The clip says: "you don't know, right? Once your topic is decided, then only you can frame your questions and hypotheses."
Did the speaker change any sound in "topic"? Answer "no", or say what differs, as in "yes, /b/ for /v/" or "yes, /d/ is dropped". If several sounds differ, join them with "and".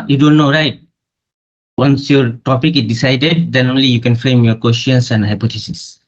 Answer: no